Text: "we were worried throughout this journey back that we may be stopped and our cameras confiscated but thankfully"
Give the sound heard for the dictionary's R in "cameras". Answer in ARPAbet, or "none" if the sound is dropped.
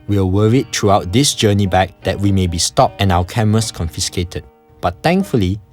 none